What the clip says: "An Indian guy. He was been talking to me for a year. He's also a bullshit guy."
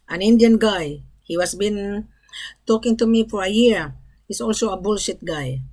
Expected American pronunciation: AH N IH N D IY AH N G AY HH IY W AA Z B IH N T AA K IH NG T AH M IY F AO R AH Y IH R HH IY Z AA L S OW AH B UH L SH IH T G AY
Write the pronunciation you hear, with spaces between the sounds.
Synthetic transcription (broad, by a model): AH N IH N D IY AH N G AY HH IY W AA S B IH N T AA K IH NG T AH M IY F AO R AH Y IH R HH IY S AA L S OW AH B UH L SH IH T G AY